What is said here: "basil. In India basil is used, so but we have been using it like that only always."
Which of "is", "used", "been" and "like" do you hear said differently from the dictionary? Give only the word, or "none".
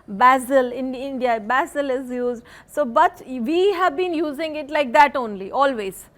none